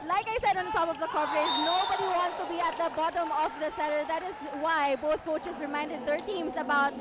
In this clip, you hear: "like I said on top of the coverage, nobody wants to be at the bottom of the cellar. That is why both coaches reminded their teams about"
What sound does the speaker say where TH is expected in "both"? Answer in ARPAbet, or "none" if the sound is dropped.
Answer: T